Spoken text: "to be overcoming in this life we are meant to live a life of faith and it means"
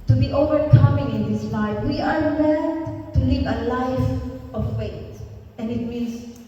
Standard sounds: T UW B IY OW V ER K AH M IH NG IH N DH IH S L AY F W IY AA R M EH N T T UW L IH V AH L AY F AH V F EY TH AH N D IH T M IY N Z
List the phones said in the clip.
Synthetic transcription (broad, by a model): T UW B IY OW V ER K AH M IH NG IH N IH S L AY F W IY AA R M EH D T T UW L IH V AH L AY F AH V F EY T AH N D IH T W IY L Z